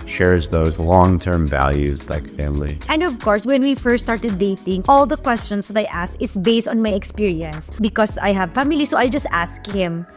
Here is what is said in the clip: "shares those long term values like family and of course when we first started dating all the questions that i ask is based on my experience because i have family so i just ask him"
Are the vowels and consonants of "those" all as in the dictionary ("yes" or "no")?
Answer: yes